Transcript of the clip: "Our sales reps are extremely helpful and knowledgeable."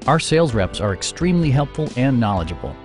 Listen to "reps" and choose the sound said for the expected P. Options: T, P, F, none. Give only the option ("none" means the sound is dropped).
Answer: P